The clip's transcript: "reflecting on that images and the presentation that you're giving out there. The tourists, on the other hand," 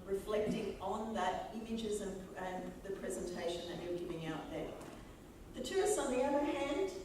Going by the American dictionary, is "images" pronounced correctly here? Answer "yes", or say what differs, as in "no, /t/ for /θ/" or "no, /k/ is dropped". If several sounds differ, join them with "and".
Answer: yes